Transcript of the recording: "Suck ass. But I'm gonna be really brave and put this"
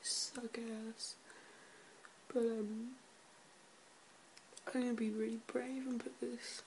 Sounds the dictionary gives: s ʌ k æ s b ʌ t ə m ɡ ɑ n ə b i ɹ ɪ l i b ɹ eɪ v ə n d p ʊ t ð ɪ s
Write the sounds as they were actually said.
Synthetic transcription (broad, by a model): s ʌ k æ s b ʌ t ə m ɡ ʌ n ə b i ɹ ɪ l i b ɹ eɪ v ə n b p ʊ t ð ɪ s